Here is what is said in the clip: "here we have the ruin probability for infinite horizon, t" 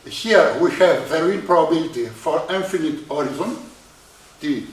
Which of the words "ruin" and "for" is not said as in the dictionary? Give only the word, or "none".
ruin